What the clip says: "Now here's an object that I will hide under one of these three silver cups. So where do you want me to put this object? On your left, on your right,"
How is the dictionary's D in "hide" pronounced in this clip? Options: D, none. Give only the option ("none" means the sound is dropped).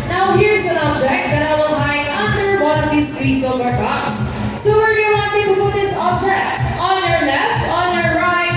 none